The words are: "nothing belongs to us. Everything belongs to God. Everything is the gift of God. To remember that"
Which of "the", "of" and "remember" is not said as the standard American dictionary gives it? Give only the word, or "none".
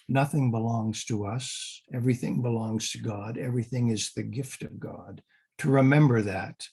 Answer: none